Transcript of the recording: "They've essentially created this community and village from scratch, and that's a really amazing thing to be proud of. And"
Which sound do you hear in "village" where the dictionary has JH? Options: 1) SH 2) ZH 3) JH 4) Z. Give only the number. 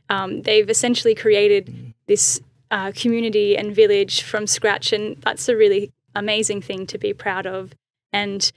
2